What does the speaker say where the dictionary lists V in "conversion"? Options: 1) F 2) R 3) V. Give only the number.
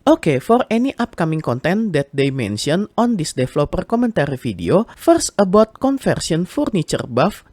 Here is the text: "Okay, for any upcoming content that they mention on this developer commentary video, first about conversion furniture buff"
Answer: 1